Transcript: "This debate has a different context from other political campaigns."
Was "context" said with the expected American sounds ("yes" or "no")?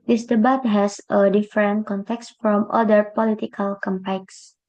yes